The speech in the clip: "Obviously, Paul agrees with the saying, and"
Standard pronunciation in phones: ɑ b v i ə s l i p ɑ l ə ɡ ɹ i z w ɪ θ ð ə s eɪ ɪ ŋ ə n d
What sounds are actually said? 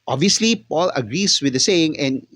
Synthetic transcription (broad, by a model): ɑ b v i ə s l i p ɑ l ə ɡ ɹ i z w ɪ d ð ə s eɪ ɪ ŋ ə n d